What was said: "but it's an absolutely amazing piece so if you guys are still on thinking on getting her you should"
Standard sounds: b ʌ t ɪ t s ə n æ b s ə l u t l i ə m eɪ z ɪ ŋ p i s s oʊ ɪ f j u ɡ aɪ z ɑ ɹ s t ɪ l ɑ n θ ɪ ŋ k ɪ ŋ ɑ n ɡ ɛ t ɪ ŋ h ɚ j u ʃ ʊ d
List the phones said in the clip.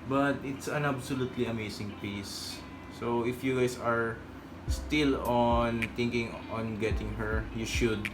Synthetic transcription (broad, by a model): b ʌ t ɪ t s ə n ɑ b s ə l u t l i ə m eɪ s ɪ ŋ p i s s oʊ ɪ f j u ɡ aɪ s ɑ ɹ s t ɪ l ɑ n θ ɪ ŋ k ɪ ŋ ɑ n ɡ ɛ t ɪ ŋ h ɚ j u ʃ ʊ d